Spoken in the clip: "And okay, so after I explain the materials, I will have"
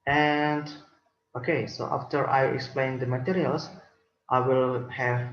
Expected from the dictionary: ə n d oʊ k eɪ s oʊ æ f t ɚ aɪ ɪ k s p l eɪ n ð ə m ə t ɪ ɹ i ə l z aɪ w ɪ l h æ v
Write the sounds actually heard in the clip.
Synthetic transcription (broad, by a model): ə n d oʊ k eɪ s oʊ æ f t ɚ aɪ ɪ k s p l eɪ n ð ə m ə t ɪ ɹ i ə l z aɪ w ɪ l h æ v